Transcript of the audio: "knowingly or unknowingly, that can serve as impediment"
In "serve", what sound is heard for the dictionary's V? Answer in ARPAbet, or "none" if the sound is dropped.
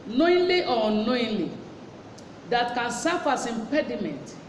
F